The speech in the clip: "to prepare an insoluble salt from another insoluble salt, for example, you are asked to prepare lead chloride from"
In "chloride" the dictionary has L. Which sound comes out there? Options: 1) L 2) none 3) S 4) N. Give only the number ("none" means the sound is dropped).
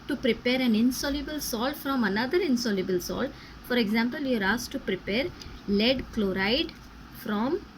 1